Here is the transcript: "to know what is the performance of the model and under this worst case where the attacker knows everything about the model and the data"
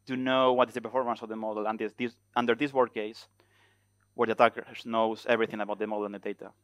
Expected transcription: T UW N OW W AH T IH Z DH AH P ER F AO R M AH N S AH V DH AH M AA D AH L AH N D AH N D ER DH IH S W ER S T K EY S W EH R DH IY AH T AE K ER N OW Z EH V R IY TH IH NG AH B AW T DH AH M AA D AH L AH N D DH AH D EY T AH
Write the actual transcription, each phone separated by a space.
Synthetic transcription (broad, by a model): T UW N OW W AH T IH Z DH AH P ER F AO R M AH N S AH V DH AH M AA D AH L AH N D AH N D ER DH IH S W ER T K EY S W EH R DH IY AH T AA K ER N OW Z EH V R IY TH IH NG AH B AW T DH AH M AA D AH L AH N D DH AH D EY T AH